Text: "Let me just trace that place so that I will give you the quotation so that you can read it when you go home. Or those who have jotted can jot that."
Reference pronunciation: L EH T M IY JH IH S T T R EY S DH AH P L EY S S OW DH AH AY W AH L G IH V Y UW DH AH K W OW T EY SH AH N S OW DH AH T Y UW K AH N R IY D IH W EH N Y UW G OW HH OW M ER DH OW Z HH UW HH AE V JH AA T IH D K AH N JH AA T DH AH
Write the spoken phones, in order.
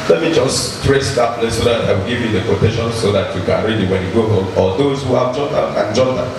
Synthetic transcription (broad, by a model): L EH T M IY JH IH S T T R EY S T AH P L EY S S OW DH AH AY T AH W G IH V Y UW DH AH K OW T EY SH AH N S OW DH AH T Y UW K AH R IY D IH W EH N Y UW G OW HH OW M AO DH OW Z HH UW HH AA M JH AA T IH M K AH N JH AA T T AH